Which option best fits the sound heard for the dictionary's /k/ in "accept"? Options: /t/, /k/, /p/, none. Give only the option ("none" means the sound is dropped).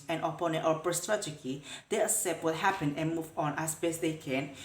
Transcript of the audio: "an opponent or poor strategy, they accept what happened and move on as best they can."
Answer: none